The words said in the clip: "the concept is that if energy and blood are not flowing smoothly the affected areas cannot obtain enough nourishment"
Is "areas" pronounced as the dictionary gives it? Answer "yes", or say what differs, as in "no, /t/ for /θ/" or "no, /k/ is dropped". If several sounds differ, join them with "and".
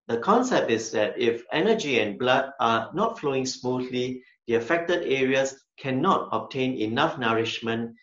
no, /s/ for /z/